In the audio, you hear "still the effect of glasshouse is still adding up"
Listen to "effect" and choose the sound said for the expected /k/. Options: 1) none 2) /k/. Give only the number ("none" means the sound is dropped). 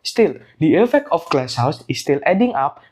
2